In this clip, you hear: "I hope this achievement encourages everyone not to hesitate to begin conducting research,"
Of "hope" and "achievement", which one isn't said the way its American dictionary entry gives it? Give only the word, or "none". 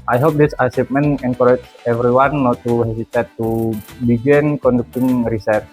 achievement